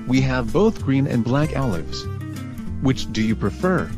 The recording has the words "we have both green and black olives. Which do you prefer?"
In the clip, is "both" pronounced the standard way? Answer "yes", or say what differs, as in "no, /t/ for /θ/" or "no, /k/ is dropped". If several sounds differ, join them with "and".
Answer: yes